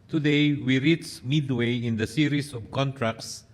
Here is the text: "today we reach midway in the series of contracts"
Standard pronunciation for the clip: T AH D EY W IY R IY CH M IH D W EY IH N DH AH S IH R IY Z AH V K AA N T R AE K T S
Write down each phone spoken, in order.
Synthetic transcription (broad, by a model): T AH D EY W IY R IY S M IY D W EY IH N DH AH S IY R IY S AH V K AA N T R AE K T S